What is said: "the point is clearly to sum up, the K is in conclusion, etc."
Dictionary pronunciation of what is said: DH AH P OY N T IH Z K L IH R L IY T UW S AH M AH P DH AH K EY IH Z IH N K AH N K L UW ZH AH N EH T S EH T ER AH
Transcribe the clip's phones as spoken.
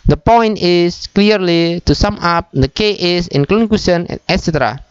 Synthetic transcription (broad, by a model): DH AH P OY N T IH S K L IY R L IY T UW S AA M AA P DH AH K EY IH S IH N K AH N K UW S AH N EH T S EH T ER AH